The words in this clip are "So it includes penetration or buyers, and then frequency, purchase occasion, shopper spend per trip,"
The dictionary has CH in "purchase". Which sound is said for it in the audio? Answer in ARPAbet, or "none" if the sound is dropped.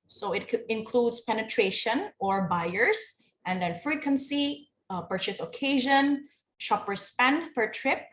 CH